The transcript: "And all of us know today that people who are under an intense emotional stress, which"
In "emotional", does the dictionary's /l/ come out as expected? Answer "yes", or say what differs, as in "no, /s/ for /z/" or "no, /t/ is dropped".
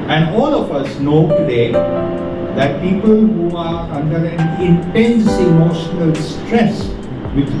yes